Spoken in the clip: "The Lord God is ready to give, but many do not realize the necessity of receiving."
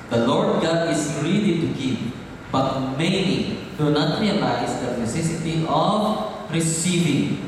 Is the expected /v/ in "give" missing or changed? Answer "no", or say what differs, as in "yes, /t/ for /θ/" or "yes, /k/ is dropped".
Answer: yes, /p/ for /v/